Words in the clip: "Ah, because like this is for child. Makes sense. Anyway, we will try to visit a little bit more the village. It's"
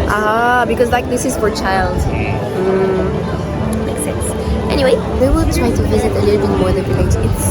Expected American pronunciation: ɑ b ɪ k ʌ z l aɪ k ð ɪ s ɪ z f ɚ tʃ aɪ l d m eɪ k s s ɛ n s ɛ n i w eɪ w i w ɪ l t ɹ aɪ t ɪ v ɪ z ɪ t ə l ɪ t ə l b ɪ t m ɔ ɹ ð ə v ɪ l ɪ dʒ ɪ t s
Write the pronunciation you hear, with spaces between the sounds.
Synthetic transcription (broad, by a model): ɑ b ɪ k ʌ z l aɪ k ð ɪ s ɪ z f ɚ tʃ aɪ l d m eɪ k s s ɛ n s ɛ n i w eɪ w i w ɪ l t ɹ aɪ t ɪ v ɪ z ɪ t ə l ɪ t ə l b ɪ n m ɔ ɹ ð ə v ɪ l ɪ ɪ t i